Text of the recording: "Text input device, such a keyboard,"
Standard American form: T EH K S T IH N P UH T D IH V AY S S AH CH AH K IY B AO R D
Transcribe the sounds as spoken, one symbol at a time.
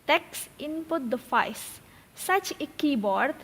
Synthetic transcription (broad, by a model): T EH K S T IH N P UH T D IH F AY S S AH CH AH K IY B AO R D